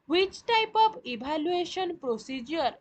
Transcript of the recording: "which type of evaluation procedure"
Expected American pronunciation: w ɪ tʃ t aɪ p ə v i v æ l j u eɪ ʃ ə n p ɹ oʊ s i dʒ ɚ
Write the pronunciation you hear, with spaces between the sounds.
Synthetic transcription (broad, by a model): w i tʃ t aɪ p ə b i b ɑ l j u eɪ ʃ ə n p ɹ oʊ s i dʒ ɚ